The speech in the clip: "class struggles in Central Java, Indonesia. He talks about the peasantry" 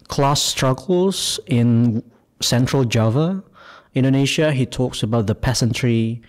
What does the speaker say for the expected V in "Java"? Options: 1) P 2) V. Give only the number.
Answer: 2